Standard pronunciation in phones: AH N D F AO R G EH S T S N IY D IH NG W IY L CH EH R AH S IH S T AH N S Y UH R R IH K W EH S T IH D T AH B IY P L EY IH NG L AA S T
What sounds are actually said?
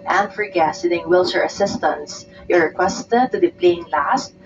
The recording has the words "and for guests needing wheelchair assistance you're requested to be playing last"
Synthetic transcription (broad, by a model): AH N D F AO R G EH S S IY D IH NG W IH L S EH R AH S IH S T AH N S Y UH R R IH K W EH S T IH D T AH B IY P L EY IH NG L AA S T